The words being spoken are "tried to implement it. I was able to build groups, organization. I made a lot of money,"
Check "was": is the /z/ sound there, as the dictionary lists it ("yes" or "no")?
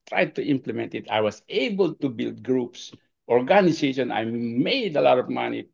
no